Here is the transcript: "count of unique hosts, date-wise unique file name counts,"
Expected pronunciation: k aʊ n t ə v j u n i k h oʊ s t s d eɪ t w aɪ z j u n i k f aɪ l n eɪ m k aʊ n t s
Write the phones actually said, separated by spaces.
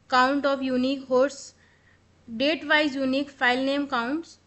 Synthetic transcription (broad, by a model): k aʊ n t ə p j u n i k h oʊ t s d eɪ t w aɪ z j u n i k p aɪ l n eɪ m k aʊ n t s